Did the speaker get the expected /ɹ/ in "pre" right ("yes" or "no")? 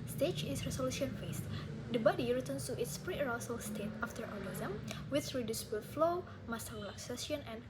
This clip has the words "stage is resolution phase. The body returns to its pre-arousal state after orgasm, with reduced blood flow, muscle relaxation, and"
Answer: yes